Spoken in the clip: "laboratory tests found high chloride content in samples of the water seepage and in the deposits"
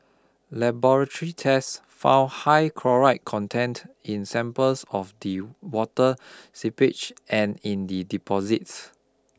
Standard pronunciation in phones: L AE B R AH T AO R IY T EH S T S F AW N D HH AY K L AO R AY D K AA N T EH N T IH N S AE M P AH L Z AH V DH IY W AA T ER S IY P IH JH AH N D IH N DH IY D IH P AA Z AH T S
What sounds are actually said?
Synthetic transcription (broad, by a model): L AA B R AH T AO R IY T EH S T F AW N HH AY K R AO R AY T K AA N T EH N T IH N S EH M P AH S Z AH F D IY W AA T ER S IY P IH CH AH N IH N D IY D IH P AA Z AH T S